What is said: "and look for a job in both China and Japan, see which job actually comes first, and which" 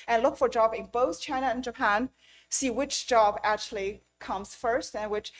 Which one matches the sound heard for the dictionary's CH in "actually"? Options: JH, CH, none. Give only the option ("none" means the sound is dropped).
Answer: CH